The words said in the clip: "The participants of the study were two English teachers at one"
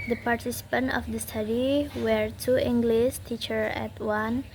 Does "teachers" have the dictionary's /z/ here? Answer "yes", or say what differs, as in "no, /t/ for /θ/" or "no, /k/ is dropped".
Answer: no, /z/ is dropped